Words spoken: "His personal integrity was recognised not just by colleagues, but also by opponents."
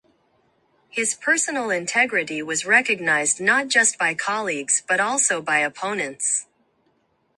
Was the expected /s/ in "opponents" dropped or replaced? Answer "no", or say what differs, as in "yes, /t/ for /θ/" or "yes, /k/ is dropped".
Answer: no